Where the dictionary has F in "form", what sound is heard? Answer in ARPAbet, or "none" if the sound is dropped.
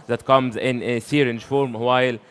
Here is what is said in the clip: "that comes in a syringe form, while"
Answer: F